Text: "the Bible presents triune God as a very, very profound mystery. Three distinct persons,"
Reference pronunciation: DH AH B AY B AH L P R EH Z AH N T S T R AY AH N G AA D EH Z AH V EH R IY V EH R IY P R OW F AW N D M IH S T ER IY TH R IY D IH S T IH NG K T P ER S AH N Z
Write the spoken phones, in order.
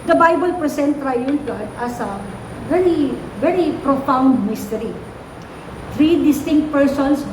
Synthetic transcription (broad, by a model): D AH B AY B AH L P R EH S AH N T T R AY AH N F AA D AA S AH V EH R IY V EH R IY P R OW F AW N D M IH S T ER IY T R IY D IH S T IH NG K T P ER S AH N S